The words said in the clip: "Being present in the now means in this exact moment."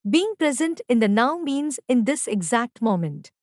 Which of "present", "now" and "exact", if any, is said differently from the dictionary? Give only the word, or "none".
none